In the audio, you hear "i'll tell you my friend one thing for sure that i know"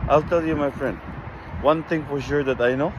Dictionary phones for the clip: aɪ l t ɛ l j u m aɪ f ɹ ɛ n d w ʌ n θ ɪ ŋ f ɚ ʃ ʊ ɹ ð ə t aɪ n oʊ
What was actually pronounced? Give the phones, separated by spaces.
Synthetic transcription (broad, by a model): aɪ l t ɛ l j u m aɪ f ɹ ɛ n d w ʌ n t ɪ ŋ f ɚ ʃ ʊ ɹ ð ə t aɪ n oʊ